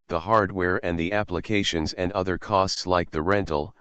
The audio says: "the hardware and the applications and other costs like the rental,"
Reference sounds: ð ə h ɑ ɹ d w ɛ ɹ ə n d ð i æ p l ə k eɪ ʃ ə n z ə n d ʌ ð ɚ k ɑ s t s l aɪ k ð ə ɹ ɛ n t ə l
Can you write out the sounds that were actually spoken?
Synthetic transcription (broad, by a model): ð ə h ɑ ɹ d w ɛ ɹ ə n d ð i æ p l ə k eɪ ʃ ə n z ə n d ʌ ð ɚ k ɑ s t s l aɪ k ð ə ɹ ɛ n t l